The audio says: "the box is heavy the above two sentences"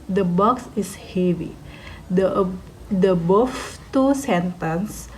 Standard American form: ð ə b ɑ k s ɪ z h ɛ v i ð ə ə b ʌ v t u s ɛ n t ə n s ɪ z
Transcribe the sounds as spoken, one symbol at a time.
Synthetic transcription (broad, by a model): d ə b ɑ k s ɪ s h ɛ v i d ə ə b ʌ f t u s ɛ n t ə n s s